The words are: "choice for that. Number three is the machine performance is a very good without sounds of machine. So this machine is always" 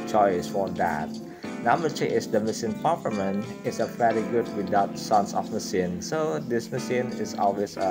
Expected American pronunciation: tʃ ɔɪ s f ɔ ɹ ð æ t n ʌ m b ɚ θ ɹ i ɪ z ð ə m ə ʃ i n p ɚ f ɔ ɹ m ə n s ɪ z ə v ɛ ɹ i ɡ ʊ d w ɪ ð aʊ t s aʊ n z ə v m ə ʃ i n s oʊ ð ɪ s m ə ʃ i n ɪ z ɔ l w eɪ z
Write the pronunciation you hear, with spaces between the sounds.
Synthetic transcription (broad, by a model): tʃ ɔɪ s f ɔ ɹ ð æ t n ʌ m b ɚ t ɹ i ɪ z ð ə m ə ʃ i n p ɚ p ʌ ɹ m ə n ɪ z ə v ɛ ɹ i ɡ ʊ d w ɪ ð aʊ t s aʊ n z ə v m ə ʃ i n s oʊ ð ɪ s m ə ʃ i n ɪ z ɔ l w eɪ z